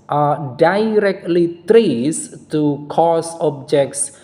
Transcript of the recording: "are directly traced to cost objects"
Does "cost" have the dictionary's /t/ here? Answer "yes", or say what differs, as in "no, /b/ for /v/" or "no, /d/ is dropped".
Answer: no, /t/ is dropped